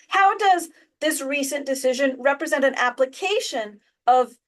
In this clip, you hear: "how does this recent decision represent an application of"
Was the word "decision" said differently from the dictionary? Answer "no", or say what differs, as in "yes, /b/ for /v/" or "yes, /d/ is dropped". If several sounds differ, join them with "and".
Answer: no